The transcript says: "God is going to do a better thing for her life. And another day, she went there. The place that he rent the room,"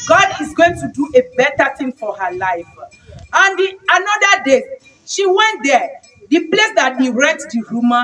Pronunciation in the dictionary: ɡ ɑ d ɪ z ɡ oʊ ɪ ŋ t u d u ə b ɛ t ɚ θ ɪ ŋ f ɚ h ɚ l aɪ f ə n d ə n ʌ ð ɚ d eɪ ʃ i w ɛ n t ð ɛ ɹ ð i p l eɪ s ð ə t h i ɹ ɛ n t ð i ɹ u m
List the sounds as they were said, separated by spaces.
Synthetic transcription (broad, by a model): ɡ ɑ d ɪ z ɡ oʊ ɪ ŋ t u d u ə b ɛ t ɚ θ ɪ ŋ f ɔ h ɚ l aɪ f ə n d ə n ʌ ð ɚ d eɪ ʃ i w ɛ n t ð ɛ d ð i p l eɪ s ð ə t h i ɹ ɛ t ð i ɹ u m